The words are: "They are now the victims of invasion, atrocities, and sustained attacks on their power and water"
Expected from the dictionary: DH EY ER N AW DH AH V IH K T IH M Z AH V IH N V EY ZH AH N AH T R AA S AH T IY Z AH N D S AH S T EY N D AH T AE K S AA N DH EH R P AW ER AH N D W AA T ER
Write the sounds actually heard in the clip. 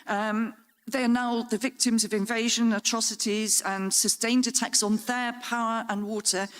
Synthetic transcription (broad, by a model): DH EY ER N AW DH AH V IH K T IH M Z AH V IH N V EY ZH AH N AH T R AA S AH T IY Z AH N S AH S T EY N D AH T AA K S N DH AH P AW ER AH N W AA T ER